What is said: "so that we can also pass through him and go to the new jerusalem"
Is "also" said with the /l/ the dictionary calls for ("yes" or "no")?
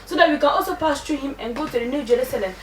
yes